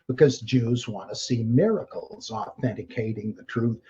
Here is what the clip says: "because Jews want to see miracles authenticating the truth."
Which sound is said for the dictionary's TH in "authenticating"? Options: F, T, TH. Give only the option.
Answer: TH